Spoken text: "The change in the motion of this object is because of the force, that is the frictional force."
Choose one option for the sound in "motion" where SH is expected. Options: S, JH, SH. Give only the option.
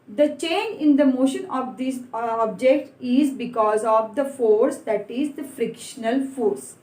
SH